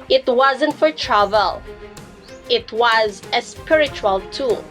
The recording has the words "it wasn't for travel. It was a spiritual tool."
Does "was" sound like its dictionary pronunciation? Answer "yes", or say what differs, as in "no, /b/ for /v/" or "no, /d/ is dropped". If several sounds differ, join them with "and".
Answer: yes